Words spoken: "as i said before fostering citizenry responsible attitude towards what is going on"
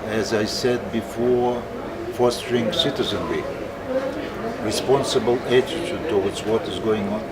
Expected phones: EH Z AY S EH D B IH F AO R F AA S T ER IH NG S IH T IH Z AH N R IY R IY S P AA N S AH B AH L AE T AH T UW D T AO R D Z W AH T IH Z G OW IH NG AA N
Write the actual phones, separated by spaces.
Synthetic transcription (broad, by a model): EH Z AY S EH D B IH F AO R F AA S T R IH NG S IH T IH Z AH N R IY R IY S P AA N S AH B AH L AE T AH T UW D T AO W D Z W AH T IH Z G OW IH NG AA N